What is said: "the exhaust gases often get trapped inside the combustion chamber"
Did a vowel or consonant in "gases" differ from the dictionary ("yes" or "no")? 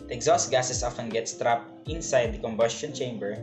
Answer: yes